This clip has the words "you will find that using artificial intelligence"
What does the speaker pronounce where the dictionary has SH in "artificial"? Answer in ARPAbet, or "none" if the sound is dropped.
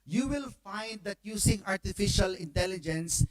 SH